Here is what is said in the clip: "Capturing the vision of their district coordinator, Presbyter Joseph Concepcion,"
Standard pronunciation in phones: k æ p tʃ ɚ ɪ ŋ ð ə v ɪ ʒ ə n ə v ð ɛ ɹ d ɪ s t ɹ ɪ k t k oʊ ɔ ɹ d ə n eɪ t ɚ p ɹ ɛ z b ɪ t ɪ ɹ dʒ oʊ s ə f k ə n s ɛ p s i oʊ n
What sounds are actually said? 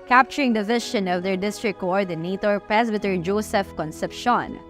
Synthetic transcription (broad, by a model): k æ p tʃ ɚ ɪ ŋ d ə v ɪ ʃ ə n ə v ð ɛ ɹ d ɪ s t ɹ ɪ k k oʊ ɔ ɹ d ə n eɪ t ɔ p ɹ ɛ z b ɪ t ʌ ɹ dʒ oʊ s ə f k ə n s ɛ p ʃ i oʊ n